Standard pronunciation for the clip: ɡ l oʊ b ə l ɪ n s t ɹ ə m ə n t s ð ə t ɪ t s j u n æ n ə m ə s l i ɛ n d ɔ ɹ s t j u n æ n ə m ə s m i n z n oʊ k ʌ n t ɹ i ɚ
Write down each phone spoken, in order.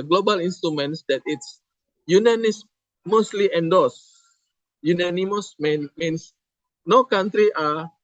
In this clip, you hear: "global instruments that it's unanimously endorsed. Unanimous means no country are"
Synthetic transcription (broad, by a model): ɡ l oʊ b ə l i n s t ɹ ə m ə n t s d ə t ɪ t s j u n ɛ n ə m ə s l i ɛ n d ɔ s j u n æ n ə m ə s m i n s n oʊ k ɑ n t ɹ i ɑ